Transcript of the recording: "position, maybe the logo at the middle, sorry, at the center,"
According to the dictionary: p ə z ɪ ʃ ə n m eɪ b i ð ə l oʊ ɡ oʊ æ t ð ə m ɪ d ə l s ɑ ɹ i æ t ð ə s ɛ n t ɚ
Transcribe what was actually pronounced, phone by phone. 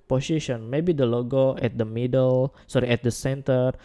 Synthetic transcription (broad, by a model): p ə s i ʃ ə n m eɪ b i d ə l oʊ ɡ oʊ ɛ t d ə m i d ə l s ɑ ɹ i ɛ t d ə s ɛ n t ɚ